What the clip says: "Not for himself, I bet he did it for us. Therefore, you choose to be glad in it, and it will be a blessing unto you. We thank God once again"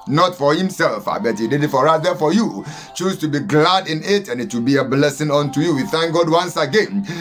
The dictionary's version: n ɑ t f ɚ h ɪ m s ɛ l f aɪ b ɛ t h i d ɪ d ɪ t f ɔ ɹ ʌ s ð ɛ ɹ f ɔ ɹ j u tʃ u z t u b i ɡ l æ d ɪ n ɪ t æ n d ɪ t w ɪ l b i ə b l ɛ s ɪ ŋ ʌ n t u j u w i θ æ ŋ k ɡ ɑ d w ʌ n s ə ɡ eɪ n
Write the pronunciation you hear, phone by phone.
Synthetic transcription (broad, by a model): n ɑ t f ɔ h ɪ m s ɛ l f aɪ b ɛ t h i d ɪ d ɪ t f ɔ ɹ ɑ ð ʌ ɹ f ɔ j u tʃ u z t u b i ɡ l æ d ɪ n ɪ t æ n ɪ t w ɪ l b i ə b l ɛ s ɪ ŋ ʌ n t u j u w i θ æ ŋ k ɡ ɑ d w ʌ n s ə ɡ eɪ n